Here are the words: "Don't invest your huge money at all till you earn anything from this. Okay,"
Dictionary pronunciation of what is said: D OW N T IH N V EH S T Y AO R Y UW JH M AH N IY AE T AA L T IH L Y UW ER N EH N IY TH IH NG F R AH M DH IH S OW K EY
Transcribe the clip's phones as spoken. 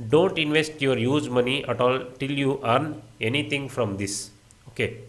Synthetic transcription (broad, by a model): D OW N T IH N V EH S T Y AO R Y UW Z M AH N IY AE T AA L T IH L Y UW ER N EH N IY T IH NG F R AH M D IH S OW K EY